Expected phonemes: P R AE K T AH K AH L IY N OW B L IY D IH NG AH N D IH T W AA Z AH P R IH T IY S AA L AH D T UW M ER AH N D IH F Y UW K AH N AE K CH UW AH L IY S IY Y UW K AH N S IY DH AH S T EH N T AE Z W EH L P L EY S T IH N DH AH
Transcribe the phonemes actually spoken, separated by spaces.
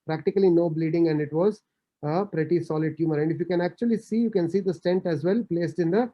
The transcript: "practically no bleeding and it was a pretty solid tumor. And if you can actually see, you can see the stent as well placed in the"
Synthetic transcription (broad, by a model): P R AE K T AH K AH L IY N OW B L IY D IH NG AH N D IH T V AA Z AH P R IH T IY S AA L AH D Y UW M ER AH N D IH F Y UW K AH N AE K CH UW AH L IY S IY Y UW K AH N S IY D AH S T EH N T AE Z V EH L P L EY S T IH N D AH